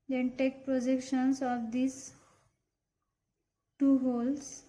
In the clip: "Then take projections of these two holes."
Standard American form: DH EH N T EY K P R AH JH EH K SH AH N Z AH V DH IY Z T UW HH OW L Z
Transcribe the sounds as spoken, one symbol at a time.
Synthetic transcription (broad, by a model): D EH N T EY K P R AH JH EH K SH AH N S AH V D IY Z T UW HH OW L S